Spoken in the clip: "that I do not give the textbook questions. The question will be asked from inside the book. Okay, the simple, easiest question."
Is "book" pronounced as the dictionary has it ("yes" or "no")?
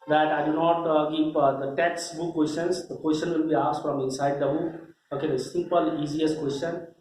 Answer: no